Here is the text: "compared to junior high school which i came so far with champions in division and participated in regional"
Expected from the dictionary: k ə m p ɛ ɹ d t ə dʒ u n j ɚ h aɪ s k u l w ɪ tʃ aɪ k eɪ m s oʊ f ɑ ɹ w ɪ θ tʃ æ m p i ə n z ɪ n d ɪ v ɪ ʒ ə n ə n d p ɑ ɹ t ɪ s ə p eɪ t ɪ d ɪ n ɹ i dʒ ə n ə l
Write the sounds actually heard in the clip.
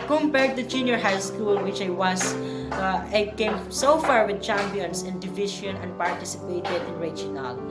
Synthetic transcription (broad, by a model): k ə m p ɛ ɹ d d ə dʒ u n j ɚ h aɪ s k u l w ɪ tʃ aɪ k eɪ m s oʊ f ɑ ɹ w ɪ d tʃ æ m p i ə n s ɪ n d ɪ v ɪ ʃ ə n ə n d p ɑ ɹ t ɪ s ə p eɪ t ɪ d ɪ n ɹ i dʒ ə n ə l